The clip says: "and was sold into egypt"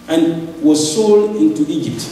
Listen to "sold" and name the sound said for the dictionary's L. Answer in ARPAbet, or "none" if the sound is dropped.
L